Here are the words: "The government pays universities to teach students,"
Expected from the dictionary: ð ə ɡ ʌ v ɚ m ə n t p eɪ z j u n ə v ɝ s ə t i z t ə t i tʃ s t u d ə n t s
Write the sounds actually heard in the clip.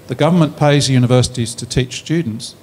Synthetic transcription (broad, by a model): ð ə ɡ ʌ v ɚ m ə n p eɪ z j u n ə v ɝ s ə t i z t ə t i tʃ s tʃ u d n t s